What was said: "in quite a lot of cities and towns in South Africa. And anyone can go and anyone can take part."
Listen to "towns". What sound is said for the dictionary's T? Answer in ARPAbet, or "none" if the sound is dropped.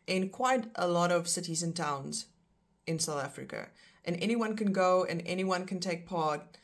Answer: T